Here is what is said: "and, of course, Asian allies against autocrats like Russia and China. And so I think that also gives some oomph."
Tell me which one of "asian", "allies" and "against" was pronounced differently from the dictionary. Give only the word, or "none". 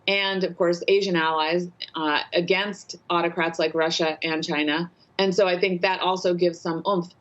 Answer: none